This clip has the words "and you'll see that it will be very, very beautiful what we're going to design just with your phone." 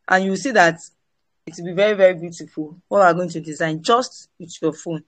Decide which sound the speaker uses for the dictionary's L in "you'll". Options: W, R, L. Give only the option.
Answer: W